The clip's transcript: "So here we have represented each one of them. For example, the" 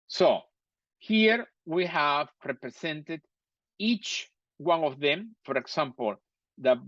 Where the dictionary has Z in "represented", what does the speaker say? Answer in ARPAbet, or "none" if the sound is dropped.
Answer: S